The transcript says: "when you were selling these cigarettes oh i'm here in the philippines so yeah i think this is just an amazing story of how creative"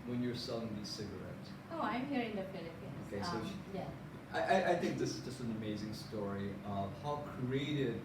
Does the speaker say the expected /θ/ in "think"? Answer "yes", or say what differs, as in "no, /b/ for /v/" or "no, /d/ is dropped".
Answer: yes